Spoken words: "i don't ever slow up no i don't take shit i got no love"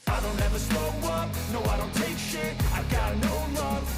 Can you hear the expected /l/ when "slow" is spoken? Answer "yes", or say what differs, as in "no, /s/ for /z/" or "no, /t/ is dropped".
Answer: no, /l/ is dropped